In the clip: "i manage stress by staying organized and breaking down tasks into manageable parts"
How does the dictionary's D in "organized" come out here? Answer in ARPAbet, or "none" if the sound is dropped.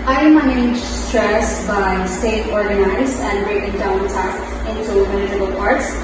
none